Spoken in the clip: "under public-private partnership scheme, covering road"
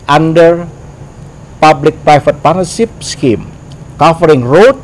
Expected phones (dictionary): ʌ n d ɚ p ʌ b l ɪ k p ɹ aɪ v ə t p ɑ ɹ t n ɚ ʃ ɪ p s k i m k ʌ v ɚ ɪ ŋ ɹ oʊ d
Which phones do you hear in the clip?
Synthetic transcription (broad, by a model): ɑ n d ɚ p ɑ b l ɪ k p ɹ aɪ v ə t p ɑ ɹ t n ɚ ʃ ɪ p s k i m k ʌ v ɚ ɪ ŋ ɹ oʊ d